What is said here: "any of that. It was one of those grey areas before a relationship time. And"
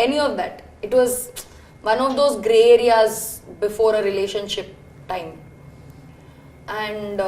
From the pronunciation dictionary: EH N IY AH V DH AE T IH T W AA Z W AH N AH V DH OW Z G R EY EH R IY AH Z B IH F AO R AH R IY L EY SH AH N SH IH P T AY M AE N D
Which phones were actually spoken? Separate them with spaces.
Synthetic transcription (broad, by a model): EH N IY AH V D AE T IH T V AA Z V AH N AH V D OW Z G R EY EH R IY AH Z B IH F AO R AH R IY L EY SH AH N SH IH P T AY M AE N D